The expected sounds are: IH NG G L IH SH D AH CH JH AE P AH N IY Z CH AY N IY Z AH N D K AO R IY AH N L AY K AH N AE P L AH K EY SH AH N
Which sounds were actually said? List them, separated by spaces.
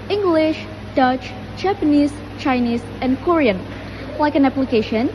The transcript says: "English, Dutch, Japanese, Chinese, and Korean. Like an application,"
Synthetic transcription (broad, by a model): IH NG G L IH SH D AH CH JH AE P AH N IY S CH AY N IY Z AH N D K AO R IY AH N L AY K AH N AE P L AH K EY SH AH N